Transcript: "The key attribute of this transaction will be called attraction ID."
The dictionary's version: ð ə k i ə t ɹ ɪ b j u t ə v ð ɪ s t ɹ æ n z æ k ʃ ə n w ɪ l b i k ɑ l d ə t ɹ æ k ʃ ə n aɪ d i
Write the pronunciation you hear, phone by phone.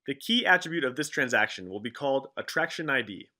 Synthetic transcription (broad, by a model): ð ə k i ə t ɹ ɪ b j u t ə v ð ɪ s t ɹ æ n z æ k ʃ ə n w ɪ l b i k ɑ l d ə t ɹ æ k ʃ ə n aɪ d i